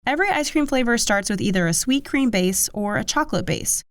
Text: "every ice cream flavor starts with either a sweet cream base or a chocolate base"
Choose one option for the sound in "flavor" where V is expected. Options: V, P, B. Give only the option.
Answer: V